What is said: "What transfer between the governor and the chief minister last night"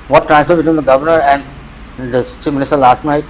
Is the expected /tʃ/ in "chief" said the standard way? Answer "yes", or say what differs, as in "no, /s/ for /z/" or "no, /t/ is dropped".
yes